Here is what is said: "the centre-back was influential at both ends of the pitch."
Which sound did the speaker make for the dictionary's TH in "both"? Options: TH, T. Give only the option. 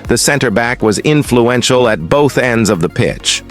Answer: TH